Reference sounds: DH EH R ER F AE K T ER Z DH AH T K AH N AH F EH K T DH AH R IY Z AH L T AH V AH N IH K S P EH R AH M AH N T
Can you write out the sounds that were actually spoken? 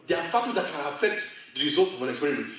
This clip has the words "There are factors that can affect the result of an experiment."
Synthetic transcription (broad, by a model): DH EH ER F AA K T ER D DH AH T K AH N AH F EH K T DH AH R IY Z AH L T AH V AH N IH K S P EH R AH M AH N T